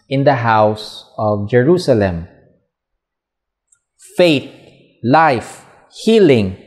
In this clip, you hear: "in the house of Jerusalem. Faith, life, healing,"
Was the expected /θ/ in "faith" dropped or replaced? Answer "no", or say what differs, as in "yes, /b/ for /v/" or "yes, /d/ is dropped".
yes, /t/ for /θ/